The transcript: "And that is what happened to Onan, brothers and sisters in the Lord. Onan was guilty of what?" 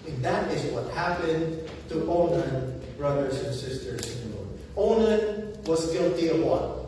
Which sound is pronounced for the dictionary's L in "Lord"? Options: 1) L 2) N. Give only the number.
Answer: 2